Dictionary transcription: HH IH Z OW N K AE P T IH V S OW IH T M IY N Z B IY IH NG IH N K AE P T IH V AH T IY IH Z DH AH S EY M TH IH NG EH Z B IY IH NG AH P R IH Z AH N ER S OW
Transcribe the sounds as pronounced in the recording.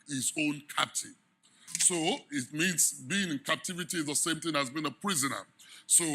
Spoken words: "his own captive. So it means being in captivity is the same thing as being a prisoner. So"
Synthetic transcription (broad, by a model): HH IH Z OW N K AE P T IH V S OW IH T M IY N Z B IY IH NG IH N K AE P T IH V AH T IY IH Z DH AH S EY M TH IH NG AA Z B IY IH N AH P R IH Z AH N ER S OW